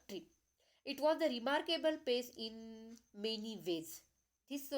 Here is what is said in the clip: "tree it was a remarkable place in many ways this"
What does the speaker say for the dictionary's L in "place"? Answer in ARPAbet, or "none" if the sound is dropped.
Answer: none